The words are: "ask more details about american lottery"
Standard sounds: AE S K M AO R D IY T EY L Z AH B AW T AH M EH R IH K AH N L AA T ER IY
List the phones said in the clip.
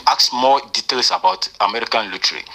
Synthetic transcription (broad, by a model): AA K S M AO D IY T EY L S AH B AW T AH M EH R IH K AH N L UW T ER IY